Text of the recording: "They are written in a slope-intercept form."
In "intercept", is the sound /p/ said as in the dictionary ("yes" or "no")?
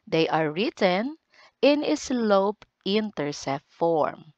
no